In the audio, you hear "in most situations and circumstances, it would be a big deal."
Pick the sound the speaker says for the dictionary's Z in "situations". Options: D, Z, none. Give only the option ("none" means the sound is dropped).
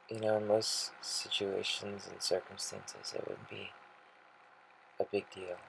Z